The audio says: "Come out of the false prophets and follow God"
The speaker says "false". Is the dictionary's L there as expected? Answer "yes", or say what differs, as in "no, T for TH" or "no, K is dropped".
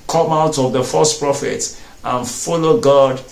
no, L is dropped